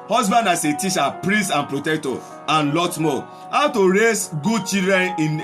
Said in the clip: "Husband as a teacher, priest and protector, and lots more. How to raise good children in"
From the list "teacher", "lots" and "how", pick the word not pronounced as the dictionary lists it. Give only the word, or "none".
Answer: teacher